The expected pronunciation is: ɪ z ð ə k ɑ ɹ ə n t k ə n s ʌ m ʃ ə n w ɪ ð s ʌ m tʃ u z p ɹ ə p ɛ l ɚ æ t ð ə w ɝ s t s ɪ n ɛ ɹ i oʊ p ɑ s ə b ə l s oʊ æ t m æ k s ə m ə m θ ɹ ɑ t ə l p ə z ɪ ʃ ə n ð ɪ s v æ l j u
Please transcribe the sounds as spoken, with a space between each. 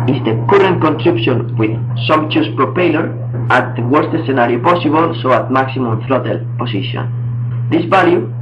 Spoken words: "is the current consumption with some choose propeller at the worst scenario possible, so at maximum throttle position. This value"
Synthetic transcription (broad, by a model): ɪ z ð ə k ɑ ɹ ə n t k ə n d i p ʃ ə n w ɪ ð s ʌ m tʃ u s p ɹ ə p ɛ l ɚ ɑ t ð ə w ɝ s t s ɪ n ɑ ɹ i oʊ p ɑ s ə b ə l s oʊ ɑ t m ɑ k s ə m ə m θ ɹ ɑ t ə l p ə s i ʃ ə n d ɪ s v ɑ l j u